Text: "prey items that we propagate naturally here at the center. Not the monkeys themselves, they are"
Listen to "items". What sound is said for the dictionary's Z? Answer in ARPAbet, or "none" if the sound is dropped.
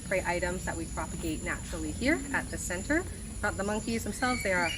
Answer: Z